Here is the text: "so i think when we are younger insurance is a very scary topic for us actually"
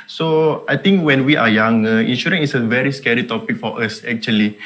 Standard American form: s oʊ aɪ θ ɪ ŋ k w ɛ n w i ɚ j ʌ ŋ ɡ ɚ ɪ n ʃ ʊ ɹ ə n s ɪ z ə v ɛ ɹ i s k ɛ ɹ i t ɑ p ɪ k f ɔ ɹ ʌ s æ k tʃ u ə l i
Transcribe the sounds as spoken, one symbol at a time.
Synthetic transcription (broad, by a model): s oʊ aɪ t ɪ ŋ k w ɛ n w i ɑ j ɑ ŋ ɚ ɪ n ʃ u ɹ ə n ɪ s ə v ɛ ɹ i s k ɛ ɹ i t ɑ p ɪ k f ɔ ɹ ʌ s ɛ k tʃ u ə l i